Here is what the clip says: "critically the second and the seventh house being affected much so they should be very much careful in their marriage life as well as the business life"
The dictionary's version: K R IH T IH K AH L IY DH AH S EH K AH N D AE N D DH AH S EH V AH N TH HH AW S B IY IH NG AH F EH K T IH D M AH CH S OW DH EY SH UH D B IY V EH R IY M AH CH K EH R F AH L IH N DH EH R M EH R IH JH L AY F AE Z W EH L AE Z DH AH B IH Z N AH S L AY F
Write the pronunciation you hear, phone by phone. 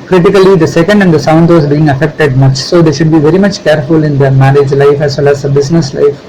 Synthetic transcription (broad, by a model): K R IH T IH K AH L IY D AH S EH K AH N D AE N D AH S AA AH N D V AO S B IY IH NG AH F EH K T IH D M AH CH S OW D EY SH UH D B IY V EH R IY M AH CH K EH R F AH L IH N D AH M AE R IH JH L AY F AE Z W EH L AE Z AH B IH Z N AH S L AY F